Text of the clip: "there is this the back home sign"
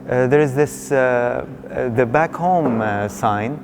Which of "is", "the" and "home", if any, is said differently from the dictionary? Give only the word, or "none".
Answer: none